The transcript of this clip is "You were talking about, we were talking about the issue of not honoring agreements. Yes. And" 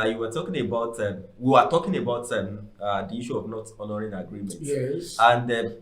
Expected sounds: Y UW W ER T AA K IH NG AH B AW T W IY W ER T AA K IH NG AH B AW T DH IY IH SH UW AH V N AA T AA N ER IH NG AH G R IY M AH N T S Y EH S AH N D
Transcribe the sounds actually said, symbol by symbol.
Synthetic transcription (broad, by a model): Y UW W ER T AA K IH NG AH B AW T W IY W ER T AA K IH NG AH B AW T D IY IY SH UW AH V N AA T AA N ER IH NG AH G R IY M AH N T Y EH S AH N D